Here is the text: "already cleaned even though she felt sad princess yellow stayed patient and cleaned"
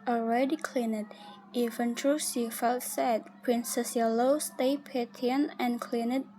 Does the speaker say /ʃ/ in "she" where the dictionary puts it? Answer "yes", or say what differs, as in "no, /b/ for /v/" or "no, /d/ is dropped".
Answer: no, /s/ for /ʃ/